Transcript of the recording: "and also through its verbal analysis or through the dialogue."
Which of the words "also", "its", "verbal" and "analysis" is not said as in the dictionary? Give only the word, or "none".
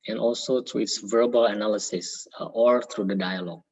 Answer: none